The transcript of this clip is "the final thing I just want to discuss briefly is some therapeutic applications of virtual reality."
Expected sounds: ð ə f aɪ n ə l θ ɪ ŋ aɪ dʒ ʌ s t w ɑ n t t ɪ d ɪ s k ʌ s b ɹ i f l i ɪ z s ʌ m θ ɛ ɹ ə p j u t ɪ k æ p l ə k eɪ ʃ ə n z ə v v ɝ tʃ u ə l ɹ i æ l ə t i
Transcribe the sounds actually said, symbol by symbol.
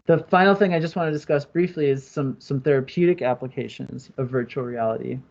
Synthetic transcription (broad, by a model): ð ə f aɪ n l θ ɪ ŋ aɪ dʒ ʌ s t w ɑ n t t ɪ d ɪ s k ʌ s b ɹ i f l i ɪ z s ʌ m θ ɛ ɹ ə p j u t ɪ k æ p l ə k eɪ ʃ ə n z ə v v ɝ tʃ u l ɹ i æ l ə t i